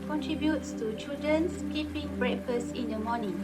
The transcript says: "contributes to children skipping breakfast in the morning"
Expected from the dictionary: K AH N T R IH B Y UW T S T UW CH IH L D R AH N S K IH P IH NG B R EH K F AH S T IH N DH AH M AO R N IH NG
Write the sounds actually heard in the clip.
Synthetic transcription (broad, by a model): K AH N T R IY B Y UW T S T UW CH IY L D R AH N S K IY P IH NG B R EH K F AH S IH N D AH M AO N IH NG